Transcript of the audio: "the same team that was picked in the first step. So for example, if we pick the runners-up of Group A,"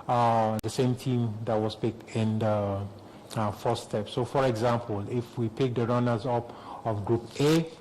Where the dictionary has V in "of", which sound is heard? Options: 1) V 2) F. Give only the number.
2